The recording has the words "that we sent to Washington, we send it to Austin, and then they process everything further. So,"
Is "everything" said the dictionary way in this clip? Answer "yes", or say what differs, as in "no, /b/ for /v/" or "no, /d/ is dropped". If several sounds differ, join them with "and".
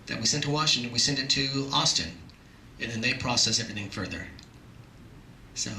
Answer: yes